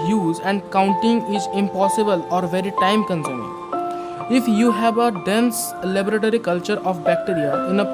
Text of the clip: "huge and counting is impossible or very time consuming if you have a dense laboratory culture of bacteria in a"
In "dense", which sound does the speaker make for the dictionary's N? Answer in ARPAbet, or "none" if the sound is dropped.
N